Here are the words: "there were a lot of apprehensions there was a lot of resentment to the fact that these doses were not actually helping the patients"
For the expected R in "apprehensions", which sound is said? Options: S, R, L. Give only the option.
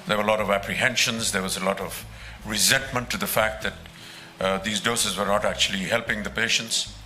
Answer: R